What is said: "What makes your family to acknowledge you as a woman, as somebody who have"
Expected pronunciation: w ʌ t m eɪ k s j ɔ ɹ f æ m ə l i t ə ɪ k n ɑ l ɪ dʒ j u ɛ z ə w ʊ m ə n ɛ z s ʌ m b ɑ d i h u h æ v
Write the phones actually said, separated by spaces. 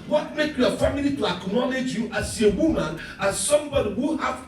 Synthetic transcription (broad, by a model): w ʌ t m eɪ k j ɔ f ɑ m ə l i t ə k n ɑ n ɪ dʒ j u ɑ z ə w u m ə n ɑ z s ʌ m b ɑ d i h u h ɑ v